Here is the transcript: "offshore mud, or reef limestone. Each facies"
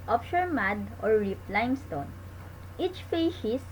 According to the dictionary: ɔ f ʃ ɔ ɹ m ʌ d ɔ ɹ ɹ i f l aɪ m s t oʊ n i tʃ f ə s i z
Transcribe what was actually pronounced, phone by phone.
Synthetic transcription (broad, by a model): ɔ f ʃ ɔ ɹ m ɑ d ɔ ɹ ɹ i p l aɪ m s t oʊ n i tʃ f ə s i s